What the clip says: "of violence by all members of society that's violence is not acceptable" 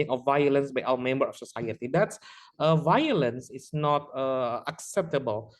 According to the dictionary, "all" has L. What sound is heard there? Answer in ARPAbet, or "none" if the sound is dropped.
W